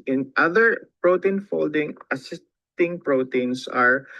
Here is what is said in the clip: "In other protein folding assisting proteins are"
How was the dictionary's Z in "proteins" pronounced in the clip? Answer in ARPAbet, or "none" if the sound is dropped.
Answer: S